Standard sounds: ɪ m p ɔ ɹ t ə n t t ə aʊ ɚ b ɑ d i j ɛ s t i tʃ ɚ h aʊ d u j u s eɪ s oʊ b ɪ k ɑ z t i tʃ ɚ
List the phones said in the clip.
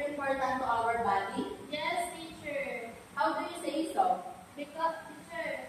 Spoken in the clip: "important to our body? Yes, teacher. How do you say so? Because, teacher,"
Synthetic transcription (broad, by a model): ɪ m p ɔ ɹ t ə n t t ə aʊ ɚ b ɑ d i j ɛ s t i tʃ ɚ h aʊ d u j u s eɪ s oʊ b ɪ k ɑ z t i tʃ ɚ